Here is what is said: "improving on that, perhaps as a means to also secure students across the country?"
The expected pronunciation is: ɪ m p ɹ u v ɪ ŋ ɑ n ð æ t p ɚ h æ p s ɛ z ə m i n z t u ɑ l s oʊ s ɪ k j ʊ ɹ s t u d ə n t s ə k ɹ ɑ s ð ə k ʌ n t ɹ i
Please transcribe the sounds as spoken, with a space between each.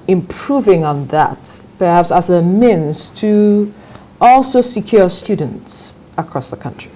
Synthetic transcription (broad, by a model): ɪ m p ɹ u v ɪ ŋ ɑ n ð æ t p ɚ h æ p s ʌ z ə m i n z t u ɑ l s oʊ s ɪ k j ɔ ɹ s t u d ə n t s ə k ɹ ɑ s ð ə k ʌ n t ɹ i